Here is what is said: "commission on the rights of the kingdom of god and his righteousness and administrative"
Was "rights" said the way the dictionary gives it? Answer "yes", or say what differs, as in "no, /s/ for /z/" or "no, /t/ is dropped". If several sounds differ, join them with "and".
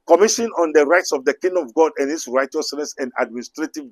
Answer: yes